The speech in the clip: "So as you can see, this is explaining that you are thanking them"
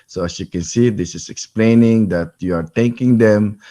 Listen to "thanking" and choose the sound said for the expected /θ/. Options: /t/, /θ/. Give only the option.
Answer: /t/